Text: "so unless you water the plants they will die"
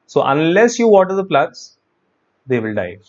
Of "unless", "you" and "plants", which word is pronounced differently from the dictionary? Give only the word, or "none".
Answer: plants